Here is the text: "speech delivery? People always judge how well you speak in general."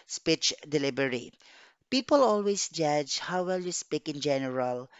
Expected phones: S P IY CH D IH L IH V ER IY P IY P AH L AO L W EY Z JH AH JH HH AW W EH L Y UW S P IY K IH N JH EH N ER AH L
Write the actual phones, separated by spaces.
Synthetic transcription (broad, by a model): S P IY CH D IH L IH B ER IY P IY P AH L AO L W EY S JH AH JH HH AW W EH L Y UW S P IY K IH N JH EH N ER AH L